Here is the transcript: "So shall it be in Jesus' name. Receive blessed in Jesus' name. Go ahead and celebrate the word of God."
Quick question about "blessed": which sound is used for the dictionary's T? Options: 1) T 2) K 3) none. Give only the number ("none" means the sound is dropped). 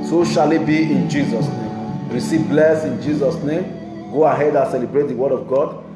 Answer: 3